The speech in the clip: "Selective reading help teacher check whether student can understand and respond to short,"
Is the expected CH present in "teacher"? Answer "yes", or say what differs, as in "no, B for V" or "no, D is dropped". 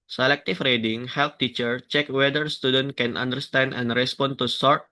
yes